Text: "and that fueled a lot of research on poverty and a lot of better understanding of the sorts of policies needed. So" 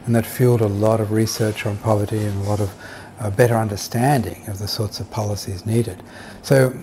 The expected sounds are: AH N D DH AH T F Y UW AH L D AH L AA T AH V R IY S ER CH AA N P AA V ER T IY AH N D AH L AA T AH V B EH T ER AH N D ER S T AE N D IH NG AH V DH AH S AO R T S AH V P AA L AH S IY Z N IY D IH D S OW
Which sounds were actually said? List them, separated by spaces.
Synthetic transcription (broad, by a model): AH N DH AH T F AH L D AH L AA T AH V R IY S ER CH N P AA V ER T IY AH N AH L AA T AH V B EH T ER AH N D ER S T AE N D IH NG AH V DH AH S AO R T S AH V P AA L AH S IY Z N IY D IH D S OW